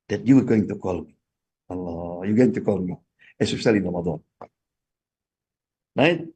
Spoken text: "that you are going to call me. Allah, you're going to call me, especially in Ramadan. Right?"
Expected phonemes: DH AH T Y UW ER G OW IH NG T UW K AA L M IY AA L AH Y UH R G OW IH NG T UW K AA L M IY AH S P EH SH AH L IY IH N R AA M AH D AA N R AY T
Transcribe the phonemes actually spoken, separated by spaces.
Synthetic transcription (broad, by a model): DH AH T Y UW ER G OW IH NG T UW K AA L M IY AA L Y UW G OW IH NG T UW K AA L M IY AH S EH S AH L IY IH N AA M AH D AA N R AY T